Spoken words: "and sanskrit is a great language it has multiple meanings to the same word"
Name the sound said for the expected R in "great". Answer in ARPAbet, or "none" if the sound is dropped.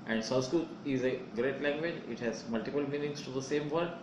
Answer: R